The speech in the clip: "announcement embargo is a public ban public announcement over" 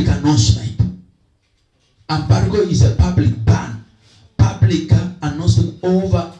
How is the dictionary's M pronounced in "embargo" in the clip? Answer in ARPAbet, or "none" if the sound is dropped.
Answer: M